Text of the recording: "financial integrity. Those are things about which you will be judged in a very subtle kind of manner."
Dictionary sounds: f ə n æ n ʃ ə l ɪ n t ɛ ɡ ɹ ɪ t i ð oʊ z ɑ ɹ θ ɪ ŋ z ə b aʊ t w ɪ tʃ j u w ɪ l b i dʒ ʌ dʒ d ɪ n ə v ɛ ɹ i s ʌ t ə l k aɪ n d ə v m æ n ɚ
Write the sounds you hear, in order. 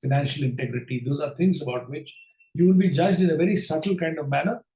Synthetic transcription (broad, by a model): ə n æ n ʃ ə l ɪ n t ɛ ɡ ɹ ɪ t i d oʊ z ɑ ɹ t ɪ ŋ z ə b aʊ t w ɪ tʃ j u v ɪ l b i dʒ ʌ dʒ d ɪ n ə v ɛ ɹ i s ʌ t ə l k aɪ n d ə v m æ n ɚ